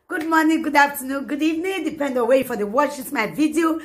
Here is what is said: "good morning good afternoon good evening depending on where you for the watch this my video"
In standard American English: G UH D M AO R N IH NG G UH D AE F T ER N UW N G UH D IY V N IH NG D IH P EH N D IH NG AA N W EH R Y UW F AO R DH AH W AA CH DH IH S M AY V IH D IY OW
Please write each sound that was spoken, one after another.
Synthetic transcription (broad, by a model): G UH D M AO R N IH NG G UH D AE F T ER N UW N G UH D IY V N IH NG D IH P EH N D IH W EH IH F AO R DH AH W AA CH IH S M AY V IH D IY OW